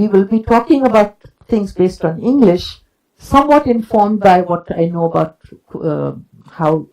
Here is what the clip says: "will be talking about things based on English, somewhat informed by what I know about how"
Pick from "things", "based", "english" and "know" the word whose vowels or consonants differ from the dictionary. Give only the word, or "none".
things